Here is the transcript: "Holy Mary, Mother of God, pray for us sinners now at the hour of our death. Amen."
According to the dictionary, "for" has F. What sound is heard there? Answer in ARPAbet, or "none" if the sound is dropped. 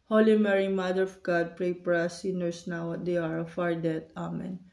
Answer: P